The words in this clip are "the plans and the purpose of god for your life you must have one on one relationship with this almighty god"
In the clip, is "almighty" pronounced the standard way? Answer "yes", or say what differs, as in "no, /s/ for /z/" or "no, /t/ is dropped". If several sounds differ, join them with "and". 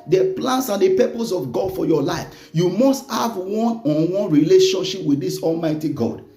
yes